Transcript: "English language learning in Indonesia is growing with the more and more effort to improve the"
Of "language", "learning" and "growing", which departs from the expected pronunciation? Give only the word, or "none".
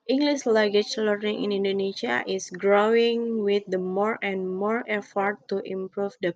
language